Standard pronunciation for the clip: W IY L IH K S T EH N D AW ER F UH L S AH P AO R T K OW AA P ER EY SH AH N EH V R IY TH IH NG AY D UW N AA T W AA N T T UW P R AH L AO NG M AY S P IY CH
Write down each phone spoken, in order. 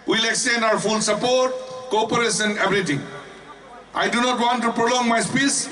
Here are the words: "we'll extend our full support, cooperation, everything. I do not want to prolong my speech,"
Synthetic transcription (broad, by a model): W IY L IH K S T EH N D AW ER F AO N S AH P AO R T K OW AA P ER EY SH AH N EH B R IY T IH NG AY D UW N AA T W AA N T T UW P R AH L AO NG M AY S P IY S